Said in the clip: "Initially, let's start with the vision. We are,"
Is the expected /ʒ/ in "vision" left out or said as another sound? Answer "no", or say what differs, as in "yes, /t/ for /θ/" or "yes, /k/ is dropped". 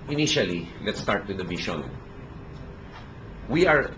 yes, /ʃ/ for /ʒ/